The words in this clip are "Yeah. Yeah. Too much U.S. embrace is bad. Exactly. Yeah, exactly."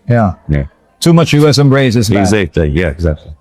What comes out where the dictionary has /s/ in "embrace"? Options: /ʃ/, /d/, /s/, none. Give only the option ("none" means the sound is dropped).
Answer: none